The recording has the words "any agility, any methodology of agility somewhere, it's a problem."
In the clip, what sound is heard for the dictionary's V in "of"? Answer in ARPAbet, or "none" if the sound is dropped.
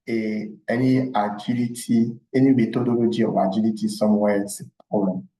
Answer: W